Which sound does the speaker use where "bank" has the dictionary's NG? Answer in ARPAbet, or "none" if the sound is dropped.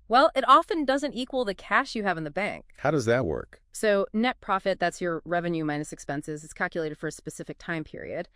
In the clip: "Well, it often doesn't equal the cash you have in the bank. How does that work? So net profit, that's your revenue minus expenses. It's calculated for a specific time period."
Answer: NG